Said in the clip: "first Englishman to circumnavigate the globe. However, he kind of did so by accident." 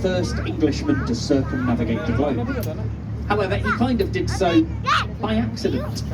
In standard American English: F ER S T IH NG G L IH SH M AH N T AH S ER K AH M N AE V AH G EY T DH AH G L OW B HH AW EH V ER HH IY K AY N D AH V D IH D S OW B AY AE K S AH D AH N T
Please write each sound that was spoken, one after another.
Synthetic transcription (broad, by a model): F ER S T IH NG G L IH SH M AH N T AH S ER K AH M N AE V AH G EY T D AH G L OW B HH AW EH V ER HH IY K AY N D AH V D IH D S OW B AY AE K S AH D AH N T